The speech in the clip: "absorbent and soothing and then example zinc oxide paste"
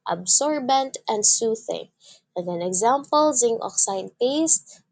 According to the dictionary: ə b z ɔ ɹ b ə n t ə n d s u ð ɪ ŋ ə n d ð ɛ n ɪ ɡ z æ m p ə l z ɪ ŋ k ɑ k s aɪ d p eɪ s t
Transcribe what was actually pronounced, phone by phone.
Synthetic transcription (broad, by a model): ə b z ɔ ɹ b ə n t ə n d s u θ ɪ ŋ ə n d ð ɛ n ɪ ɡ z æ m p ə l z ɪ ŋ ɑ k s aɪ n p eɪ s t